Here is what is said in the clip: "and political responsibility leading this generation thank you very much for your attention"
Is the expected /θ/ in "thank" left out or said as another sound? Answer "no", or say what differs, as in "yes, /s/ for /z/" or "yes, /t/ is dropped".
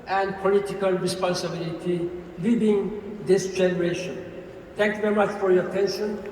yes, /t/ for /θ/